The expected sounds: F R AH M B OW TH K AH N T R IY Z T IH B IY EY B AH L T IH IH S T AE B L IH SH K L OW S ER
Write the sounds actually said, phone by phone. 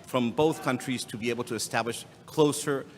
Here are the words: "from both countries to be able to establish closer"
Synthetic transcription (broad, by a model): F R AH M B OW TH K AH N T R IY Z T IH B IY EY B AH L T IH IH S T AE B L IH SH K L OW S ER